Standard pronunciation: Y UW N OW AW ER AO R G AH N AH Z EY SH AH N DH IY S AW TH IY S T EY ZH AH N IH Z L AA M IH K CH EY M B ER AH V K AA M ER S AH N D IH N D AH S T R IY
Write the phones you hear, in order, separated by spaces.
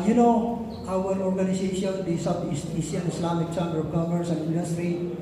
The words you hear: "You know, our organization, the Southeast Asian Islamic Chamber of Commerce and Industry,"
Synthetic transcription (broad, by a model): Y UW N OW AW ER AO R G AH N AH S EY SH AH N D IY S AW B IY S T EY S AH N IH S L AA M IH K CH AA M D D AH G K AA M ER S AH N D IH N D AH S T R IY